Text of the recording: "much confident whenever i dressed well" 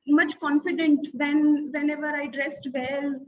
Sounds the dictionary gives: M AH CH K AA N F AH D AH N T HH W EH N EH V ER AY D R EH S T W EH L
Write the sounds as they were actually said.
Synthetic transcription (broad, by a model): M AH CH K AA N F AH D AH N T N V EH N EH V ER AY D R EH S T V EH L